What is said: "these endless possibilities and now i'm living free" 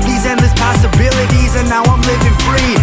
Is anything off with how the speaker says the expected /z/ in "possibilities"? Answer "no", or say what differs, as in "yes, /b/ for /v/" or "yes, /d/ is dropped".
no